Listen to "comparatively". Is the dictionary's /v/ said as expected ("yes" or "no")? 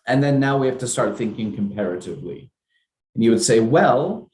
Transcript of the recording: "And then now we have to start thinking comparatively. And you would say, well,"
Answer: yes